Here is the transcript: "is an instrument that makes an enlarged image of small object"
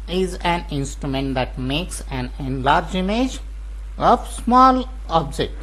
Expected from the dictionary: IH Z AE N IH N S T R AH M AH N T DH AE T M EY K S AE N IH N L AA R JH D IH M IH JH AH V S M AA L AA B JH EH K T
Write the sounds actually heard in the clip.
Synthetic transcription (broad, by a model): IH Z AE N IH N S T R AH M AH N T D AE T M EY K S AE N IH N L AA R JH IH M IH JH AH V S M AA L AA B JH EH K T